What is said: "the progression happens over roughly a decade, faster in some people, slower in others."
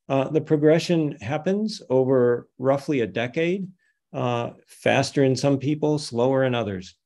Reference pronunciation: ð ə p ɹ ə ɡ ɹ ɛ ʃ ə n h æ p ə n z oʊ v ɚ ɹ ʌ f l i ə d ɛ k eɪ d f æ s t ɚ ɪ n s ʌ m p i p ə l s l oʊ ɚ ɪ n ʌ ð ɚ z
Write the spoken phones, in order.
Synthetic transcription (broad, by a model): ð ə p ɹ ə ɡ ɹ ɛ ʃ ə n h æ p ə n z oʊ v ɚ ɹ ʌ f l i ə d ɛ k eɪ d f æ s t ɚ ɪ n s ʌ m p i p l s l oʊ ɚ ɪ n ʌ ð ɚ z